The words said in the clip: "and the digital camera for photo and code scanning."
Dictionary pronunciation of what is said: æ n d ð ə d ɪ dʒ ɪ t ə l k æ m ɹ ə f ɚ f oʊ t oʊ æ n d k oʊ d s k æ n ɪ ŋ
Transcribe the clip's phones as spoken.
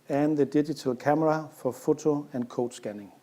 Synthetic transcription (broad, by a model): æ n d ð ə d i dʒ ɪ s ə l k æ m ɹ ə f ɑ f oʊ s oʊ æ n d k oʊ d s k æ n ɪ ŋ